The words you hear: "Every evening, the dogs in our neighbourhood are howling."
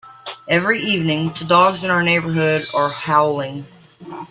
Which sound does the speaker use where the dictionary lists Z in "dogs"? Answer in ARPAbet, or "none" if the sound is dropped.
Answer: Z